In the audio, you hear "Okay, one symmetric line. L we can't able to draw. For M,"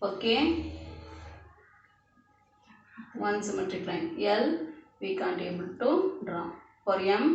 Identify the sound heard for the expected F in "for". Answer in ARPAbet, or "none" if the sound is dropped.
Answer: P